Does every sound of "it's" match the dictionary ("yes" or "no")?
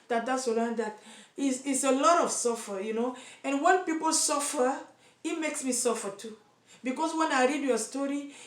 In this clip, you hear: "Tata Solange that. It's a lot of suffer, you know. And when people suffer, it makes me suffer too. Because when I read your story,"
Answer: no